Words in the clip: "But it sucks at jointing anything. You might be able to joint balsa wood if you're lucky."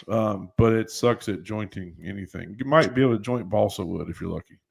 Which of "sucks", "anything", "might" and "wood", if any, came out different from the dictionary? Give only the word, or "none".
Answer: none